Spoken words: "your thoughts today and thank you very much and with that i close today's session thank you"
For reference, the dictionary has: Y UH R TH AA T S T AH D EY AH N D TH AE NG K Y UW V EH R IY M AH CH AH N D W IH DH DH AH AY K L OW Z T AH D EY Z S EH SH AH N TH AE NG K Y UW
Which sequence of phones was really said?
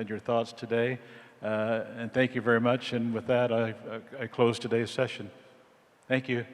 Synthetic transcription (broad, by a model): Y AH R TH AA T S T AH D EY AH N TH AE NG K Y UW V EH R IY M AH CH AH N W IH DH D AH AY K L OW Z T AH D EY Z S EH SH AH N TH AE NG K Y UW